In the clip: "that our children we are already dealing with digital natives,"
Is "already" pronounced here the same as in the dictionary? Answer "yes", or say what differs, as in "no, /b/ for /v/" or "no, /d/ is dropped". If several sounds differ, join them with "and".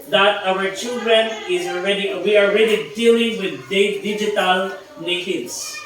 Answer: no, /w/ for /l/